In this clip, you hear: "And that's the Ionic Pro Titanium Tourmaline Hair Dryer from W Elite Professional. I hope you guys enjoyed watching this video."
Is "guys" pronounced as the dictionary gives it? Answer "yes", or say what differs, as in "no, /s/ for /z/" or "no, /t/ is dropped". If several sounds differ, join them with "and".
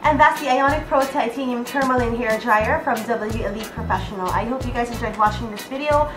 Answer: yes